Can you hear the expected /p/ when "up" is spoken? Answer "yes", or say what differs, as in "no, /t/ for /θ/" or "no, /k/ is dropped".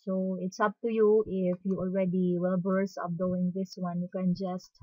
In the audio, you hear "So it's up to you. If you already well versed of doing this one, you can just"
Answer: yes